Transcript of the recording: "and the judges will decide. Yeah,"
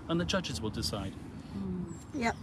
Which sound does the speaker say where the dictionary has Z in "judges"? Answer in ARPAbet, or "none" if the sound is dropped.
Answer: Z